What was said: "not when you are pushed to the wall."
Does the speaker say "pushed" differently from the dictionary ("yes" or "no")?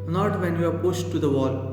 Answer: yes